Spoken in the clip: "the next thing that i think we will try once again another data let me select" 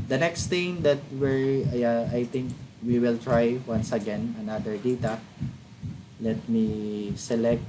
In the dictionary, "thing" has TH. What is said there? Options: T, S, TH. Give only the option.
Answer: T